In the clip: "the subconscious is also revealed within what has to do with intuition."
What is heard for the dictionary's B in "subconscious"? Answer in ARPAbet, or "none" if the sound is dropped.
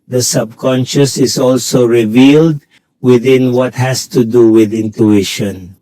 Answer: B